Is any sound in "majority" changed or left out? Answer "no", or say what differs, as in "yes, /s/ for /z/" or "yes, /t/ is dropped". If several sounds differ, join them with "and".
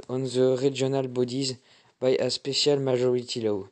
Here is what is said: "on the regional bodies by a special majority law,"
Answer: yes, /ʒ/ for /dʒ/